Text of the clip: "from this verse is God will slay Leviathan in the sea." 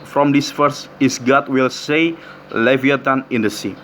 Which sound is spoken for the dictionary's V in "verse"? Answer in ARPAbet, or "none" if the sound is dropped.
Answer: F